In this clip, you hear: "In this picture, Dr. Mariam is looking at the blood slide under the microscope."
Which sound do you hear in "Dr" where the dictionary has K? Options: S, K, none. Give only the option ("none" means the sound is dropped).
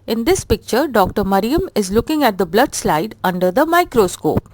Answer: K